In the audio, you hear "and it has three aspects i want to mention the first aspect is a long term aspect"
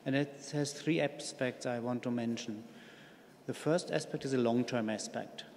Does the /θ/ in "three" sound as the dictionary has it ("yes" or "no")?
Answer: yes